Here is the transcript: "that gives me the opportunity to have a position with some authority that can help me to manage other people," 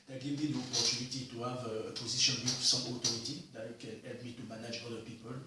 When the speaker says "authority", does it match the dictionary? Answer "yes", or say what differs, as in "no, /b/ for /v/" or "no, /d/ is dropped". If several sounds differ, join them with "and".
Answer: no, /t/ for /θ/